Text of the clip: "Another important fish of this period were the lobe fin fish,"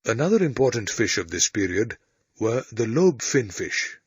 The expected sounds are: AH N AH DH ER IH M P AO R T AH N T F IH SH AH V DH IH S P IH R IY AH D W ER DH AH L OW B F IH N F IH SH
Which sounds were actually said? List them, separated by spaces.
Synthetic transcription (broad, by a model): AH N AH DH ER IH M P AO R T N T F IH SH AH V DH IH S P IH R IY AH D W ER DH AH L OW B F IH N F IH SH